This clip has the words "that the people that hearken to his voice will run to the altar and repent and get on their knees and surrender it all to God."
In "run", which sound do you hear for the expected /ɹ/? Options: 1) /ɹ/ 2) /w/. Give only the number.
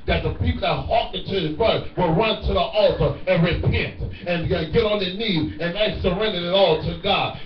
1